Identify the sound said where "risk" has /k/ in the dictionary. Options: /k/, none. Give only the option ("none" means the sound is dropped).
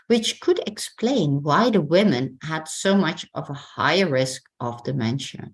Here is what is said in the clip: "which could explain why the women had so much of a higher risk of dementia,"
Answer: /k/